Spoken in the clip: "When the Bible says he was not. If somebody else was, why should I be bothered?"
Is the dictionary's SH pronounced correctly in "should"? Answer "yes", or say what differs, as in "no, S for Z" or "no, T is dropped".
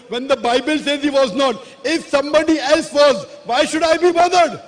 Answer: yes